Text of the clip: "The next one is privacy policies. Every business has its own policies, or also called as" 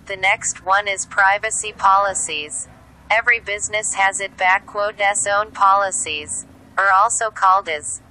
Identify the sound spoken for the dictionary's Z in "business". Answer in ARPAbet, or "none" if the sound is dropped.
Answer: Z